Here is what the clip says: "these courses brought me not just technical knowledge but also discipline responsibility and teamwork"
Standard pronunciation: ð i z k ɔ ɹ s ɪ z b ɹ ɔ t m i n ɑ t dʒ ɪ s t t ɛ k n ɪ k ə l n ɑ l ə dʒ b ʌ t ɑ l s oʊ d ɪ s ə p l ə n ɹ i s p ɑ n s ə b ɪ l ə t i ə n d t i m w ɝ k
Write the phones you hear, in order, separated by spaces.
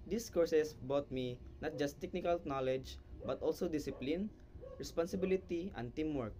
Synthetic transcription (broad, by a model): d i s k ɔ ɹ s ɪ s b ɔ t m i n ɑ t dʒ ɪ s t t ɛ k n ɪ k ə l n ɑ l ə dʒ b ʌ t ɑ l s oʊ d ɪ s ə p l ə n ɹ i s p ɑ n s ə b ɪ l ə t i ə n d t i m w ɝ k